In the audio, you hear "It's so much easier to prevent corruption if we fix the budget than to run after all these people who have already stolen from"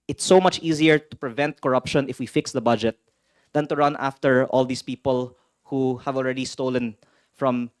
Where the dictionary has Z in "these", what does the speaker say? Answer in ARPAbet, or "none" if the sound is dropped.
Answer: S